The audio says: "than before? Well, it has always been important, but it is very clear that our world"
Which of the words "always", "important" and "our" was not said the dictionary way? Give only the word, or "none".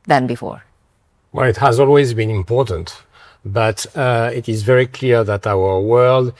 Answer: none